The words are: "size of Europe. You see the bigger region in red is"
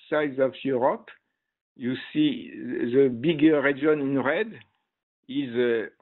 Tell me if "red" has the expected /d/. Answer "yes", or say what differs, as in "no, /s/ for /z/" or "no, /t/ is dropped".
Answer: yes